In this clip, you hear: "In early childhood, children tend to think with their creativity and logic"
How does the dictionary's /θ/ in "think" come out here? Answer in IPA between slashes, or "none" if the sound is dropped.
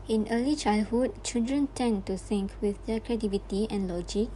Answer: /s/